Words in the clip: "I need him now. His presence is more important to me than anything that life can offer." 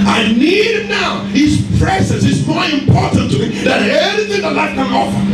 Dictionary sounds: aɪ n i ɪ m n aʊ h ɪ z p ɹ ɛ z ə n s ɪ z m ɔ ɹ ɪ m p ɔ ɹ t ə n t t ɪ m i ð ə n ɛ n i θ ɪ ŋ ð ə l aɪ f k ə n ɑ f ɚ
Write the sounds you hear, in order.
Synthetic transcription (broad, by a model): aɪ n i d n aʊ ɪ s p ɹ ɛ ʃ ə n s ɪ s m ɔ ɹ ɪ m p ɔ ɹ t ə n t t ɪ m i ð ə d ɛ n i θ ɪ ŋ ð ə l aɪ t k ə n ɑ f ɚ